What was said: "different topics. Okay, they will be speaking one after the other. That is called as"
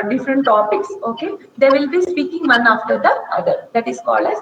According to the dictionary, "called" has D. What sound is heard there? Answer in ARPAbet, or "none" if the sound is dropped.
D